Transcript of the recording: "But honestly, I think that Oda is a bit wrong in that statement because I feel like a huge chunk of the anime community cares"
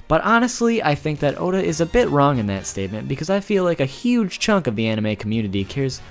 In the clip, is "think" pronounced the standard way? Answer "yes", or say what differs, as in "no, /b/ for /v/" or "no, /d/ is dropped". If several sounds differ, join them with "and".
yes